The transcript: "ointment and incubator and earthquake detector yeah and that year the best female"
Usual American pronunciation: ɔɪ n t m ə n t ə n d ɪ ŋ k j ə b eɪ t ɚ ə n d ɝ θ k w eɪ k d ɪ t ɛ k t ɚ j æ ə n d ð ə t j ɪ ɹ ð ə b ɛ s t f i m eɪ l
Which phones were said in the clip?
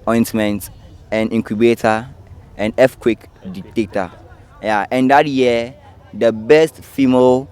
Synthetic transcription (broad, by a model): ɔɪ n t m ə n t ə n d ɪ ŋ k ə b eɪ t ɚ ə n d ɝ f k w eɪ k d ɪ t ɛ k t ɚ j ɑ ə n d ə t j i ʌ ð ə b ɛ s t f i m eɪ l